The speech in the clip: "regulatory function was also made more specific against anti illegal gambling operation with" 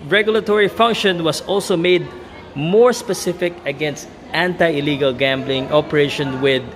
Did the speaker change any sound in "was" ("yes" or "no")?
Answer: yes